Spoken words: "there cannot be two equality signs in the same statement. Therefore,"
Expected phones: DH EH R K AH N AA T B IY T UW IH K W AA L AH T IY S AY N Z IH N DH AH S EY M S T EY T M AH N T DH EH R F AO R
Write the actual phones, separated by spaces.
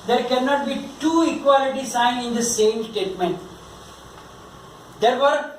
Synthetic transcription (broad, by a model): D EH R K AH N AA T B IY T UW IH K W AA L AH T IY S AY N IH N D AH S EY M S T EY T M AH N T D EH R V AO R